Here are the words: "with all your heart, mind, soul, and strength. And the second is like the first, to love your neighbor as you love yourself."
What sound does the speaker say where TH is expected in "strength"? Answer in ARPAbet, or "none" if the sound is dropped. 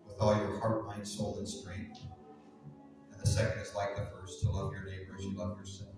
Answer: TH